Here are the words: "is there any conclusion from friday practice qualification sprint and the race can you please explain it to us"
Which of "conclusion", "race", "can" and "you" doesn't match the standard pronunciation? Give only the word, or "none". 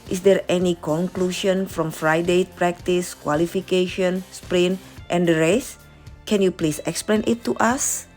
conclusion